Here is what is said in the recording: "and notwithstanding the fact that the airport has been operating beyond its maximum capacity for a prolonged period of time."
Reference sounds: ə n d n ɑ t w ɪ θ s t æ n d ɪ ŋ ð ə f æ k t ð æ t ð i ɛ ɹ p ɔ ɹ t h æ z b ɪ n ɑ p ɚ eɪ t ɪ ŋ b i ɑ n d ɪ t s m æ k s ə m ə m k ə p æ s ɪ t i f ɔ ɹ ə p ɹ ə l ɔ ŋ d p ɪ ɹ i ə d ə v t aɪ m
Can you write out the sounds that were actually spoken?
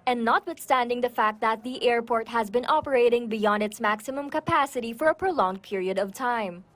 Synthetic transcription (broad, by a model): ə n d n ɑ t w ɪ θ s t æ n d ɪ ŋ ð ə f æ k t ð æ t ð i ɛ ɹ p ɔ ɹ t h æ z b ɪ n ɑ p ɚ eɪ t ɪ ŋ b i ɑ n d ɪ t s m æ k s ə m ə m k ə p æ s ɪ t i f ɔ ɹ ə p ɹ ə l ɔ ŋ d p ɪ ɹ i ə d ə v t aɪ m